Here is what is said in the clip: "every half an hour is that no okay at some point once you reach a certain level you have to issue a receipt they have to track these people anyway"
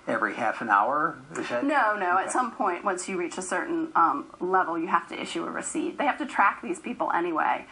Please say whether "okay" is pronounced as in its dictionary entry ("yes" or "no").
no